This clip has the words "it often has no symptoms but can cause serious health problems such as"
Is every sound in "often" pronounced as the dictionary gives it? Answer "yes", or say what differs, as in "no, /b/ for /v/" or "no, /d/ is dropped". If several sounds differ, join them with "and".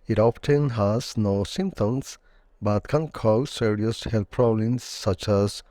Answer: no, /p/ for /f/